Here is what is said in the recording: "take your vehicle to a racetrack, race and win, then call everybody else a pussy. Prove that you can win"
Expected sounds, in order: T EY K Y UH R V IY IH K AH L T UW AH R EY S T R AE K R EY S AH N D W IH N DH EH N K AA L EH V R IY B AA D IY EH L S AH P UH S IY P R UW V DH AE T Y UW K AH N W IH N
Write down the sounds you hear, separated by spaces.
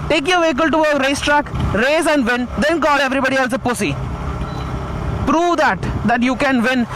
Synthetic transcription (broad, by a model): T EY K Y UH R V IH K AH L T UW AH R EY S T R AE K R EY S AH N D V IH N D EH N K AA L EH V R IY B AA D IY EH L S AH P UH S IY P R UW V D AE T Y UW K AH N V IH N